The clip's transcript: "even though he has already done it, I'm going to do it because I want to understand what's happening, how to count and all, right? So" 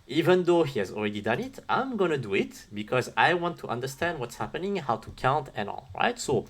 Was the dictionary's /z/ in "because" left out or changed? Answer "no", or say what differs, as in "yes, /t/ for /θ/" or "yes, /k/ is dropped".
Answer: no